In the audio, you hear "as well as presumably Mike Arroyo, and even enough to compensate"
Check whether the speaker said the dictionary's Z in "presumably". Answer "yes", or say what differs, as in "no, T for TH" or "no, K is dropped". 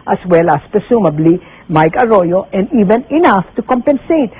no, S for Z